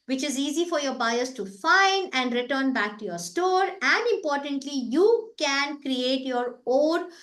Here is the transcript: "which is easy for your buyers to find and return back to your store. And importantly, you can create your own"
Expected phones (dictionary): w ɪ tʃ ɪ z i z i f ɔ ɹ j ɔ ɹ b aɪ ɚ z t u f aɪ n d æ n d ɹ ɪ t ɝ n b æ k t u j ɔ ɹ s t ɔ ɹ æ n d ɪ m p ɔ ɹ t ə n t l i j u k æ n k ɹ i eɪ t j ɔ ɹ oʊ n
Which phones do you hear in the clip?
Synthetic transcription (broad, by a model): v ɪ tʃ ɪ z i z i f ɔ ɹ j ɔ ɹ b aɪ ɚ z t u f aɪ n d æ n d ɹ ɪ t ɝ n b æ k t u j ɔ ɹ s t ɔ ɹ æ n d ɪ m p ɔ ɹ t ə n t l i j u k æ n k ɹ i eɪ t j ɔ ɹ oʊ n